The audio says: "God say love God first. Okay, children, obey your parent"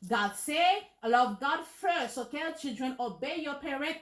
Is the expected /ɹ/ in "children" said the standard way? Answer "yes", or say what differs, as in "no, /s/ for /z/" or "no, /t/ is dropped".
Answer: yes